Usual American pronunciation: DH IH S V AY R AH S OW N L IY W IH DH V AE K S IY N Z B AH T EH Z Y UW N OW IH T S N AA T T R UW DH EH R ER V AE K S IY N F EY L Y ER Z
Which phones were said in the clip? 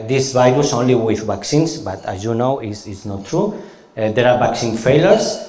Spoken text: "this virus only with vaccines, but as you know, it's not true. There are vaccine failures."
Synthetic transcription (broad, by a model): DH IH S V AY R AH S OW N L IY W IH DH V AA K S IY N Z B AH T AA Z Y UW N OW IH S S N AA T T R UW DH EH R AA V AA K S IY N F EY L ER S